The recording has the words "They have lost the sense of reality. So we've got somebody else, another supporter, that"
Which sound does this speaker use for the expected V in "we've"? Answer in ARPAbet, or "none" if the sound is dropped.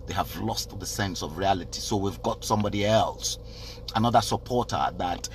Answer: V